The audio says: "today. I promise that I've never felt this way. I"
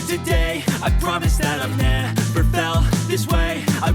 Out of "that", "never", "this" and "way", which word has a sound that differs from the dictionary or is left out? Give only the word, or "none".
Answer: never